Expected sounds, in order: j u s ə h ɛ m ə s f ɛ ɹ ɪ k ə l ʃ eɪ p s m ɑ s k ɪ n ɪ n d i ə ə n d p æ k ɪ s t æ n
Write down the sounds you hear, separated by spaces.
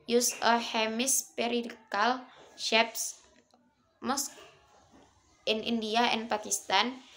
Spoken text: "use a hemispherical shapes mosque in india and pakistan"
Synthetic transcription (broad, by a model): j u s ə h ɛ m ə s p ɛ ɹ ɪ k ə l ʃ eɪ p s m ɑ s k ɪ n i n d i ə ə n p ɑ k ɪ s t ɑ n